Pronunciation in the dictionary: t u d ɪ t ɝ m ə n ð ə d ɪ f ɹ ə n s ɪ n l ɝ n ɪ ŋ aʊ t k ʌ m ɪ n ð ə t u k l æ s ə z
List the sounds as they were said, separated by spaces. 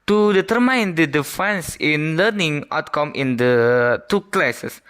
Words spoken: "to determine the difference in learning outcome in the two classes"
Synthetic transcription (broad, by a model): t u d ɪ t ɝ m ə n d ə d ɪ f ə n s ɪ n l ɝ n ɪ ŋ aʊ t k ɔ m ɪ n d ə t u k l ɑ s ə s